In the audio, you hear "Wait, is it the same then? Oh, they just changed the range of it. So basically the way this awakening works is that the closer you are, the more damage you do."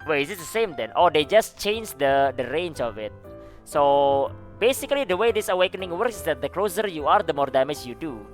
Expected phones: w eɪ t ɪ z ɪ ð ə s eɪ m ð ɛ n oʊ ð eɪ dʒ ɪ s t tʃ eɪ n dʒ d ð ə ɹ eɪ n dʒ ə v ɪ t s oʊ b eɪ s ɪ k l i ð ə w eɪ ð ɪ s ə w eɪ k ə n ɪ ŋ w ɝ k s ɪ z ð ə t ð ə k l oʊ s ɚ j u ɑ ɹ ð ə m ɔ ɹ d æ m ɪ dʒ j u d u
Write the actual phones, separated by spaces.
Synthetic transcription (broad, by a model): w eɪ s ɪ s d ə s eɪ m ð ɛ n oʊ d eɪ dʒ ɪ s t tʃ eɪ n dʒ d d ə ɹ eɪ n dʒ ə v ɪ t s oʊ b eɪ s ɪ k l i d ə w eɪ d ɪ s ə w eɪ k ə n ɪ ŋ w ɝ k s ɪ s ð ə t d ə k l oʊ s ɚ j u ɑ ɹ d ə m ɔ ɹ d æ m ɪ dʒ j u d u